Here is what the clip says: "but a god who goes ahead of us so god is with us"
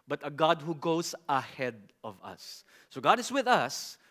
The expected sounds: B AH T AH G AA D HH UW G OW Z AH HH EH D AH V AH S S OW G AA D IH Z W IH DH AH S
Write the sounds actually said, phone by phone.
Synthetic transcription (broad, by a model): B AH T AH G AA D HH UW G OW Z AH HH EH D AH V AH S S OW G AA D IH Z W IH DH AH S